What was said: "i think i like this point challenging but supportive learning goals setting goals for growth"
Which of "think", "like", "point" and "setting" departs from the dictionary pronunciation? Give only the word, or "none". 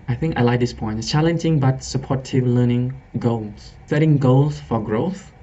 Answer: none